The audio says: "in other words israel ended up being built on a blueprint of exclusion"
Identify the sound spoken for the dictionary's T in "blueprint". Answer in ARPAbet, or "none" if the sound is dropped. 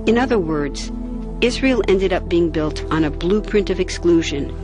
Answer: T